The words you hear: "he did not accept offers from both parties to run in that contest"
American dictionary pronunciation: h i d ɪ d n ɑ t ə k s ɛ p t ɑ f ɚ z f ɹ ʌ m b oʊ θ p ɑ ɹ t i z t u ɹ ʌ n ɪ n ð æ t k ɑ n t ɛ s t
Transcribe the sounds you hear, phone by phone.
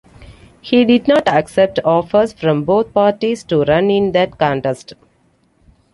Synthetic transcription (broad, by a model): h i d ɪ d n ɑ t ə k s ɛ p t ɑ f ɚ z f ɹ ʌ m b oʊ t p ɑ ɹ t i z t u ɹ ʌ n ɪ n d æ t k ɑ n t ɛ s t